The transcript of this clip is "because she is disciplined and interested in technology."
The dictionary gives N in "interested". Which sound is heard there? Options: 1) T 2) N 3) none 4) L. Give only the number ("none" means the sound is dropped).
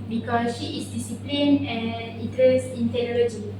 3